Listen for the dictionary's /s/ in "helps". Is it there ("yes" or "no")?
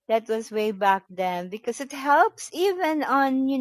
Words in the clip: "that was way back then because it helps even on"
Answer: yes